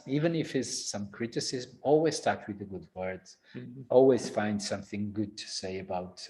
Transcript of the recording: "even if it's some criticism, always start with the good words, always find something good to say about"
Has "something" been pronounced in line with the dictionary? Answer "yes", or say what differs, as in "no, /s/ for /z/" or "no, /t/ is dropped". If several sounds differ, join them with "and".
yes